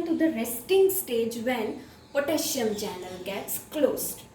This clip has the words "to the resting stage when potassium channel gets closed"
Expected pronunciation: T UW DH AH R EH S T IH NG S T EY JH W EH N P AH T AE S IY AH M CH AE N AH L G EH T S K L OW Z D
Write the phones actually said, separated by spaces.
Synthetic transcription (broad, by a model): T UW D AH R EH S T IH NG S T EY JH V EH N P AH T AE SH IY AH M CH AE N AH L G EH T S K L OW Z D